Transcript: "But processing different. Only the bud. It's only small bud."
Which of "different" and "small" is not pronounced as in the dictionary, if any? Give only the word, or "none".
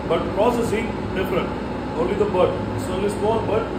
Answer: small